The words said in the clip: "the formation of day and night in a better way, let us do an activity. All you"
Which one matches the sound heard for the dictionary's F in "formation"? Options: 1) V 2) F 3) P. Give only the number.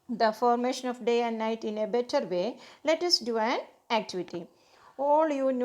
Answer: 2